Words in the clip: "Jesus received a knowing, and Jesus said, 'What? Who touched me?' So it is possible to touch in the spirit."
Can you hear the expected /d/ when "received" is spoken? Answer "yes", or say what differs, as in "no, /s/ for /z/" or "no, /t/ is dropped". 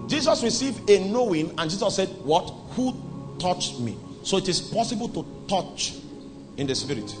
yes